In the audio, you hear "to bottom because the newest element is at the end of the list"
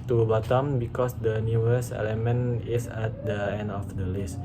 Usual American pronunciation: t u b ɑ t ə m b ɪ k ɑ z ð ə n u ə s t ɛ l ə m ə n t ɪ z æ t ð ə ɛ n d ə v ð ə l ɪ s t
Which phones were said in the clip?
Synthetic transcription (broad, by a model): t u b ɑ t ə m b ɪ k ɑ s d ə n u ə s ɛ l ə m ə n ɪ s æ t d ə ɛ n d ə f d ə l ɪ s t